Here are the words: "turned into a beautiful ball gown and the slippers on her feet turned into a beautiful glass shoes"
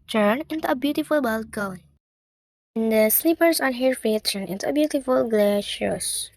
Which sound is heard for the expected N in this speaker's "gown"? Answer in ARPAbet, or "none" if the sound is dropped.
L